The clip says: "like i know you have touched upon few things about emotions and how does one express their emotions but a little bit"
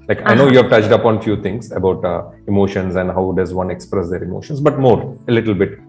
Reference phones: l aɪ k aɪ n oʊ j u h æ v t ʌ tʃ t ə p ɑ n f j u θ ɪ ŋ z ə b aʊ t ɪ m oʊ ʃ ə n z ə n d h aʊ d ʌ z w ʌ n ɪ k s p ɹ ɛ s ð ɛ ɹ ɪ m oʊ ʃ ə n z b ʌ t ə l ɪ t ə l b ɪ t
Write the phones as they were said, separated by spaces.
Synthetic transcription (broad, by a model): l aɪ k aɪ n oʊ j u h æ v t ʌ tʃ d ə p ɑ n f j u t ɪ ŋ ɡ ə b aʊ t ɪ m oʊ ʃ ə n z ə n d h aʊ d ʌ z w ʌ n ɪ k s p ɹ ɛ s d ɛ ɹ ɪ m oʊ ʃ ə n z b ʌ t ə l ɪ t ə l b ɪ t